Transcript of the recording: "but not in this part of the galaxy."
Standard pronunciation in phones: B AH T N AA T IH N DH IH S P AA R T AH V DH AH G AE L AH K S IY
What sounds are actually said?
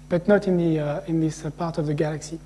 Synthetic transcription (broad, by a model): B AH T N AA T IH N DH IH S P AA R T AH V DH AH G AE L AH K S IY